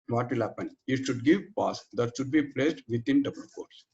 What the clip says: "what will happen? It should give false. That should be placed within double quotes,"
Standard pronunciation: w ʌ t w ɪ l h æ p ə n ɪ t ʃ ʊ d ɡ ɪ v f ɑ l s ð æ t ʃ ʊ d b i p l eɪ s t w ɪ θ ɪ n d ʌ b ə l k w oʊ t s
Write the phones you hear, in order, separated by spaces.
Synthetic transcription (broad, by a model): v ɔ t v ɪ l h æ p ə n ɪ t ʃ ʊ d ɡ ɪ v p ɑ s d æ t ʃ ʊ d b i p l eɪ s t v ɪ t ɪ n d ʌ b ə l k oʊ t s